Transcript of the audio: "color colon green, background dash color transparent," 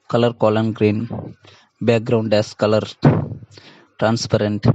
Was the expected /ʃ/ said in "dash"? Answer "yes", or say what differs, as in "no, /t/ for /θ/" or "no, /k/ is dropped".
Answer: no, /s/ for /ʃ/